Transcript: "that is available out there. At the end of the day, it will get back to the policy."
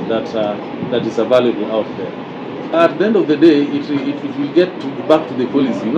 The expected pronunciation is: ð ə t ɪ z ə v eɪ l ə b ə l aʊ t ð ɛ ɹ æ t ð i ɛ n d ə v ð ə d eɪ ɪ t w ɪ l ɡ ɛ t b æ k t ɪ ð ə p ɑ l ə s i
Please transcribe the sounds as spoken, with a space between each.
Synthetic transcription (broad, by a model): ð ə t ɪ z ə v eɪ l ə b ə l aʊ t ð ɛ ɹ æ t ð i ɛ n d ə v ð ə d eɪ ɪ t w ɪ l ɡ ɛ t b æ k t ɪ ð ə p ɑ l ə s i